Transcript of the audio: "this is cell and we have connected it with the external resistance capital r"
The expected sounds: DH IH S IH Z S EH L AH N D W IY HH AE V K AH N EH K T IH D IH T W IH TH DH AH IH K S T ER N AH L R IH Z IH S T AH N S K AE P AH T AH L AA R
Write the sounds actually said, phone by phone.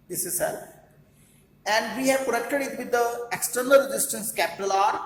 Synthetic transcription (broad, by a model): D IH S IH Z S EH L AH N D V IY HH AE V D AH EH K T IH D IH T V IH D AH IH K S T ER N AH L R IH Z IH S T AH N S K AE P AH T AH L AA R